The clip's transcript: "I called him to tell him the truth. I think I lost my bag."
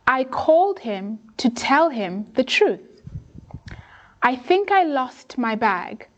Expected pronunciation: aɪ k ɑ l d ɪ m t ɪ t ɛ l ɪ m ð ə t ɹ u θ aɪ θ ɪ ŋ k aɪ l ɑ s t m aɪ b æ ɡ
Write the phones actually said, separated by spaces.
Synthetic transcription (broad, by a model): aɪ k ɑ l d ɪ m t ɪ t ɛ l ɪ m ð ə t ɹ u θ aɪ θ ɪ ŋ k aɪ l ɑ s t m aɪ b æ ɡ